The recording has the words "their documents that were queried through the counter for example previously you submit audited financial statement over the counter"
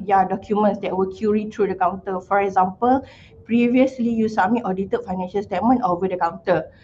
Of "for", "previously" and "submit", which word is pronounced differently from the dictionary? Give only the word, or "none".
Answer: submit